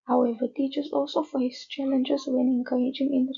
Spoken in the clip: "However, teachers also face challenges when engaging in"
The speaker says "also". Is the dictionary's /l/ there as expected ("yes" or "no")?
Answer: yes